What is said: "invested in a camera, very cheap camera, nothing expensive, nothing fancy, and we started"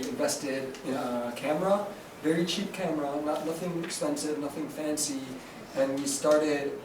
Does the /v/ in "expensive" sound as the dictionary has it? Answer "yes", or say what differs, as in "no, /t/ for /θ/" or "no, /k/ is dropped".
yes